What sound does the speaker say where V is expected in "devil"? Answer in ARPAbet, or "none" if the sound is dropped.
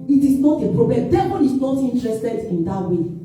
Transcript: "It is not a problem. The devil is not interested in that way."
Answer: B